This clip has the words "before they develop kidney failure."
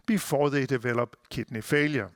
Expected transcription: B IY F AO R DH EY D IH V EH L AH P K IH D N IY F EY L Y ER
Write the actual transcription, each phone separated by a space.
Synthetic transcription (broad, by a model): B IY F AO DH EY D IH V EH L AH B K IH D N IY F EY L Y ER